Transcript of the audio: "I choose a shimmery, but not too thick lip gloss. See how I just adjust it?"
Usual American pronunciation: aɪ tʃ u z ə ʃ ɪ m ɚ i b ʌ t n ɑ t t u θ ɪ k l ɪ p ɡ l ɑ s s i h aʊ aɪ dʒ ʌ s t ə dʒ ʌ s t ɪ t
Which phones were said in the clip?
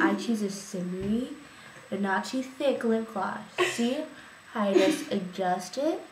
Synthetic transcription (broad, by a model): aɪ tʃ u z ə s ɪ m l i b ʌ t n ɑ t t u θ ɪ k l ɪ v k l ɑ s s i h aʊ aɪ dʒ ʌ s t ə dʒ ʌ s t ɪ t